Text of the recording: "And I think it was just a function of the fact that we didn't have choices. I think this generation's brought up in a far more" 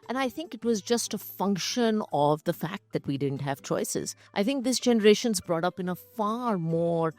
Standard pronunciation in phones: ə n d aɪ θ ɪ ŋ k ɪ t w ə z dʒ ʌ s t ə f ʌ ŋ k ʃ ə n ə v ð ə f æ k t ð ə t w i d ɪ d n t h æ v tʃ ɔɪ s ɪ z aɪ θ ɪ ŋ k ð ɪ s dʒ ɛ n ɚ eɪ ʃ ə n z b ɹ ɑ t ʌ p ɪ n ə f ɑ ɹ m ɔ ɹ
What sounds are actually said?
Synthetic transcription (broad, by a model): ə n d aɪ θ ɪ ŋ k ɪ t w ə z dʒ ʌ s t ə f ʌ ŋ k ʃ ə n ə v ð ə f æ k t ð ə t w i d ɪ d n t h æ v tʃ ɔɪ s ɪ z aɪ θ ɪ ŋ k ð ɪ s dʒ ɛ n ɚ eɪ ʃ ə n z b ɹ ɑ t ʌ p ɪ n ə f ɑ ɹ m ɔ ɹ